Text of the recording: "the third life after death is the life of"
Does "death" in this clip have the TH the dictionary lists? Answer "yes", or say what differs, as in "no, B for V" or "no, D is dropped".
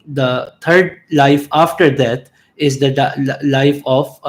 no, T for TH